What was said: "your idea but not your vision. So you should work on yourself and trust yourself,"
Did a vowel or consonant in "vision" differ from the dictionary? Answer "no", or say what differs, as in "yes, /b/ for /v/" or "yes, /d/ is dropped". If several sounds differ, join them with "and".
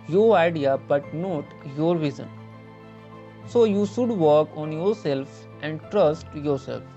yes, /z/ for /ʒ/